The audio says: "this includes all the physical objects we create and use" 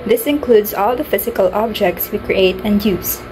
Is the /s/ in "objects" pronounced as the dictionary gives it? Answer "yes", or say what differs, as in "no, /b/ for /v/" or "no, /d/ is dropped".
yes